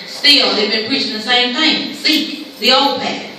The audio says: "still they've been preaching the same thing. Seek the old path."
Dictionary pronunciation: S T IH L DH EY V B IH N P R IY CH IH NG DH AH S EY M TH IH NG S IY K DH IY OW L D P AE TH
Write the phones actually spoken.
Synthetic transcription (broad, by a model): S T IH L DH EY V B IH N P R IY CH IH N DH AH S EY M T IH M S IY K DH IY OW L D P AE